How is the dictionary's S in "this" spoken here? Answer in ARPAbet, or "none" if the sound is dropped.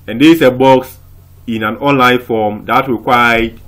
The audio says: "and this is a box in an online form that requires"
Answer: none